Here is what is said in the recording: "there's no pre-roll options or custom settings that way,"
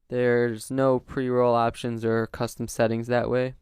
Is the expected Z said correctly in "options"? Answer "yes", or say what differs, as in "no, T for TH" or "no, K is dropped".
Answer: yes